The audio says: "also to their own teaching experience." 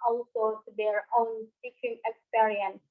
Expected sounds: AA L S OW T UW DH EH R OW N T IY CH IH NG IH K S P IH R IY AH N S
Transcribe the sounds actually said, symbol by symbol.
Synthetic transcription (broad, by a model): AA L S OW T UW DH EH R OW N S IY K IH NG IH K S P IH R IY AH N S